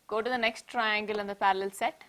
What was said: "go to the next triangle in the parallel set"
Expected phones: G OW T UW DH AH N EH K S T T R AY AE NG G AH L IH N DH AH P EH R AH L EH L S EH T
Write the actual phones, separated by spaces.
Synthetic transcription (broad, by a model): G OW T UW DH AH N EH K S T T R AY AE NG G AH L IH N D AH P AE R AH L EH L S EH T